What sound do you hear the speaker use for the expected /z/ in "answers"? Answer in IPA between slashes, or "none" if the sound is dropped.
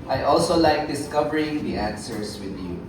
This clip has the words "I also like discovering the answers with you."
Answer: /s/